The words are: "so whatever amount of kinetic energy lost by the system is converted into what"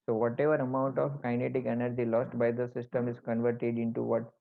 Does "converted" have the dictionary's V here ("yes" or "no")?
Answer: yes